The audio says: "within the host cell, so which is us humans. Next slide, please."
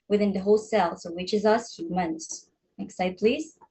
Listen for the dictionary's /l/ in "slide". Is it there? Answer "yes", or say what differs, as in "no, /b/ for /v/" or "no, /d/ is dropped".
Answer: no, /l/ is dropped